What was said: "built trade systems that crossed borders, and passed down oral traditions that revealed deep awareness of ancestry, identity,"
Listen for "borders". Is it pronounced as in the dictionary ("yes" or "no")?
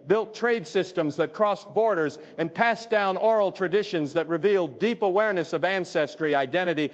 yes